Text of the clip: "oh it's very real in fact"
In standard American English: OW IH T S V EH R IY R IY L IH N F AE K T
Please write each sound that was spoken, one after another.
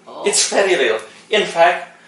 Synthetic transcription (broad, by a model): IH T S F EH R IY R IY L IH N F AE K T